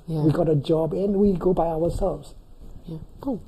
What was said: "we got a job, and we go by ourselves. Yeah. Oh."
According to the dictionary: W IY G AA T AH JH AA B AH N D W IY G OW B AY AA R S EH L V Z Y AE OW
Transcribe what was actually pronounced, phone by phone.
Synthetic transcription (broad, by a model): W IY G AA T AH JH AA B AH N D W IY G OW B AY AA W S EH L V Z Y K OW